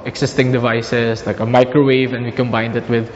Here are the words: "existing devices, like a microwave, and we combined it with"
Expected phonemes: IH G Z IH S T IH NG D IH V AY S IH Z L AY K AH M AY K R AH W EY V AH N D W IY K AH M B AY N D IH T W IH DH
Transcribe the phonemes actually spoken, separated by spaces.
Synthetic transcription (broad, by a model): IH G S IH S T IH NG D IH V AY S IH S L AY K AH M AY K R AH W EY V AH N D W IY K AH M B AY N D IH T W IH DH